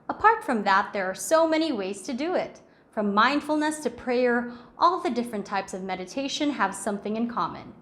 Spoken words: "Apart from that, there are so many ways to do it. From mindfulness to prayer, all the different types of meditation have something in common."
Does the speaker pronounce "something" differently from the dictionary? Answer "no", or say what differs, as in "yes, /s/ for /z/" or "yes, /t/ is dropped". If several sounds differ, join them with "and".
no